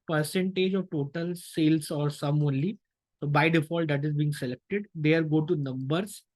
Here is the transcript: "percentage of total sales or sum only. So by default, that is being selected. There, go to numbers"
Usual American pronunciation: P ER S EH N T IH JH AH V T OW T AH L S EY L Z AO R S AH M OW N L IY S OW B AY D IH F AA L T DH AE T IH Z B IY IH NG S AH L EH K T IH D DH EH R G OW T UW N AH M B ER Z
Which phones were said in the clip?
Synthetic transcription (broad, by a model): P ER S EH N T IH JH AH V T OW T AH L S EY L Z AO R S AH M OW N L IY S OW B AY D IH F AA L T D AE T IH Z B IY IH NG S AH L EH K T IH D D EH R G OW T UW N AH M B ER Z